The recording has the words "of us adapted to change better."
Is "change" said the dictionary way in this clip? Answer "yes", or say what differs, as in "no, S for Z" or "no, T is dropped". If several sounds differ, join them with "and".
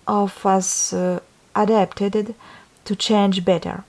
yes